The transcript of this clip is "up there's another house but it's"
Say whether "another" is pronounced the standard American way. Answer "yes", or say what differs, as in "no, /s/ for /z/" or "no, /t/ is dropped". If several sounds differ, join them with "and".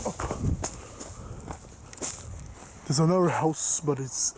no, /ð/ is dropped